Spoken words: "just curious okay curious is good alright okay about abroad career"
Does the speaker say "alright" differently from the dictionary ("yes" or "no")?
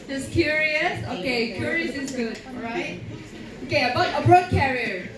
yes